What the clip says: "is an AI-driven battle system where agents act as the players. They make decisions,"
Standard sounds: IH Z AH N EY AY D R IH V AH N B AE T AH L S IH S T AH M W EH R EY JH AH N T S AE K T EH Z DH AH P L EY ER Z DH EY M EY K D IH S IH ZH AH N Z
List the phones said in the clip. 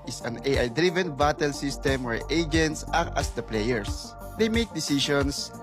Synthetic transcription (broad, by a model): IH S AH N EY AY D R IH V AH N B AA T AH L S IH S T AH M W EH R EY JH AH N T S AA T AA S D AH P L EY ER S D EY M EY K D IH S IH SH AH N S